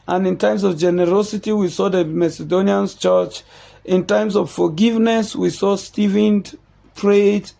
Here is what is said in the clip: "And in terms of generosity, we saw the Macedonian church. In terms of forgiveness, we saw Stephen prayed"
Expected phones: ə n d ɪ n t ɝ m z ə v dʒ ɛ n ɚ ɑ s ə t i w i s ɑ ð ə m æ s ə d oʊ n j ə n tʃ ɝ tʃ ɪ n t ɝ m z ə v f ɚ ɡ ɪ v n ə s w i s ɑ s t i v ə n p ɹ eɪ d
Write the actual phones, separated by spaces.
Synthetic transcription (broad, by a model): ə n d ɪ n t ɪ m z ə v dʒ ɛ n ɚ ɑ s ə t i w i s ɑ ð ə m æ s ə d oʊ n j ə n tʃ ɝ tʃ ɪ n t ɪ m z ə v f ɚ ɡ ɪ v n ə s w i s ɑ s t i v ə n p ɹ eɪ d